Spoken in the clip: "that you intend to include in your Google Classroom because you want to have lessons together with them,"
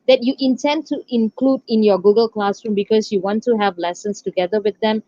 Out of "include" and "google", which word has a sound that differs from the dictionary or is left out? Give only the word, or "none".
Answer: none